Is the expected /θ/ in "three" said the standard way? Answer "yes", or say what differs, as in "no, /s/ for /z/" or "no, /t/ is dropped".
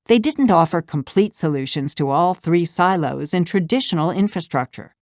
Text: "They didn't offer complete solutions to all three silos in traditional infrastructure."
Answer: yes